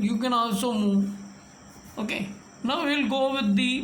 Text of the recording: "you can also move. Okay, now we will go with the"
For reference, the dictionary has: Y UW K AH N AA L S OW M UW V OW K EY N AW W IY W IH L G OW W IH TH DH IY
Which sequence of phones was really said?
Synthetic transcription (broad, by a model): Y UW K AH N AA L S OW M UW OW K EY N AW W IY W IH L G OW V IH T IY